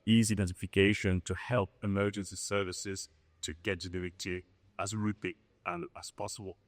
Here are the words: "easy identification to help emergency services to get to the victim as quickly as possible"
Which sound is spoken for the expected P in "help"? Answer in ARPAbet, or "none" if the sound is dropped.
P